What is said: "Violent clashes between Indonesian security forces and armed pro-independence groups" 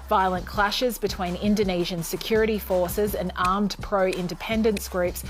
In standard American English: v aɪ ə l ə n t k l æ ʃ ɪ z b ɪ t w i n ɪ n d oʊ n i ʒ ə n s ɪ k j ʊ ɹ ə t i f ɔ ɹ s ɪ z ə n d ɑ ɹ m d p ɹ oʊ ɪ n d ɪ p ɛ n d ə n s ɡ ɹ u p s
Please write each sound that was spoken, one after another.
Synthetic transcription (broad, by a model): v aɪ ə l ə n k l æ ʃ ɪ z b ɪ t w i n ɪ n d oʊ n i ʒ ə n s ɪ k j ʊ ɹ ə t i f ɔ ɹ s ɪ z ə n ɑ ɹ m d p ɹ oʊ ɪ n d ɪ p ɛ n d ə n s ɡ ɹ u p s